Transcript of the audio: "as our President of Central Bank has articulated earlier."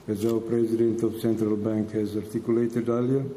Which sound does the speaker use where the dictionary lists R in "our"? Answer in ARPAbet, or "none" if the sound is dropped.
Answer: W